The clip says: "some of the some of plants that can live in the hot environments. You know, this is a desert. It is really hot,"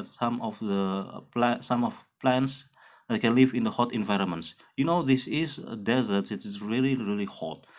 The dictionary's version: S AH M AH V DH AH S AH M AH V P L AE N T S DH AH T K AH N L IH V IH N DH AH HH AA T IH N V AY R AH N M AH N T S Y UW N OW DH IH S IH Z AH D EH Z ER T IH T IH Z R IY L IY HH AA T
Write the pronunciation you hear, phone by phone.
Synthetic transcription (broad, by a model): S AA M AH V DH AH S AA M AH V P L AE N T S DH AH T K AH N L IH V IH N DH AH HH AA T IH N V AY R AH N M AH N T S Y UW N OW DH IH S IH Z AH D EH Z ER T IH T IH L R IY L IY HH AA T